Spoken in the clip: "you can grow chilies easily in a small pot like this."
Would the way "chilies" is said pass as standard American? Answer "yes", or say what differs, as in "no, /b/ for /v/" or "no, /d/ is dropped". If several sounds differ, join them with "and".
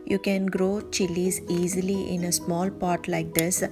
yes